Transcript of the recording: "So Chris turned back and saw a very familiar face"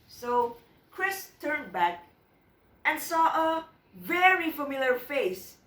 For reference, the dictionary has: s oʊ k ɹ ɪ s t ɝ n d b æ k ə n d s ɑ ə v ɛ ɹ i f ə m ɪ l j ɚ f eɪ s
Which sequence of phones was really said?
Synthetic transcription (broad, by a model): s oʊ k ɹ ɪ s t ɝ n d b æ k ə n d s ɑ ə v ɛ ɹ i f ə m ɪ l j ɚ f eɪ s